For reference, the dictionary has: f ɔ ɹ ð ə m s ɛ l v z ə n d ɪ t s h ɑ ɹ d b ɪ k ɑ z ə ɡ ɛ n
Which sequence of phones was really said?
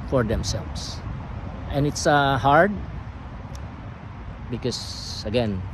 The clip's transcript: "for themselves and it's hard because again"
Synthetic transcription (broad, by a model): f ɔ ɹ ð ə m s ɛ l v s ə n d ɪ t s h ɑ ɹ d b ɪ k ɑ s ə ɡ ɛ n